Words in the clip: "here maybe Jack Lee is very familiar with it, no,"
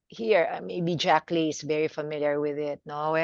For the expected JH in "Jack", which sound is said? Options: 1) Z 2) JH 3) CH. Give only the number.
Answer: 2